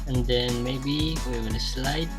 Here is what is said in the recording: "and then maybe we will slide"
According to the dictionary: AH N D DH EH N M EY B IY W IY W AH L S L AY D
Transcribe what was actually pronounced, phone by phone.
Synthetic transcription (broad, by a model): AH N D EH N M EY B IY W IY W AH N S L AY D